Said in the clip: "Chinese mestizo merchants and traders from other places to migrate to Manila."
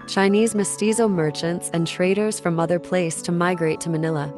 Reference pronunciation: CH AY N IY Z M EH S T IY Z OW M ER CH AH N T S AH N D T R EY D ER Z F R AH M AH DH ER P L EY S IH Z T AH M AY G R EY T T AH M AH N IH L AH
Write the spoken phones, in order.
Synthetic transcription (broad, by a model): CH AY N IY Z M EH S T IY Z OW M ER CH AH N T S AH N T R EY D ER Z F R AH M AH DH ER P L EY IH S T AH M AY G R EY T T AH M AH N IH L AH